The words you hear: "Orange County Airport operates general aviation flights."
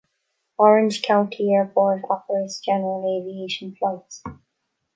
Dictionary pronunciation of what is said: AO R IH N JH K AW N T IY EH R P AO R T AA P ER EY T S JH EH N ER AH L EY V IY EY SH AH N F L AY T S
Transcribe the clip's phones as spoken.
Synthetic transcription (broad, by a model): AO R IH N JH K AW N T IY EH R B AO R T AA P ER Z JH EH N ER AH L EY V IY EY SH AH N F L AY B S